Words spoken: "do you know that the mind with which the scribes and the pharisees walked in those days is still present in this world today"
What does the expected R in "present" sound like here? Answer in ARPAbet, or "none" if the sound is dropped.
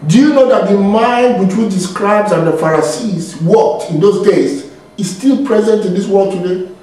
R